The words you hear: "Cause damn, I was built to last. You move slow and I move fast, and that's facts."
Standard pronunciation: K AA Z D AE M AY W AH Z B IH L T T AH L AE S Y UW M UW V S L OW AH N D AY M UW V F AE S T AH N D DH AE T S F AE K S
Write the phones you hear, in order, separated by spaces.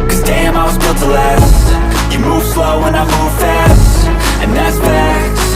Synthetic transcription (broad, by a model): K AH Z D AE M AY W AH Z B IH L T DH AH L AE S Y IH M UW V S L OW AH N AY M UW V F AE S T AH N DH AE T S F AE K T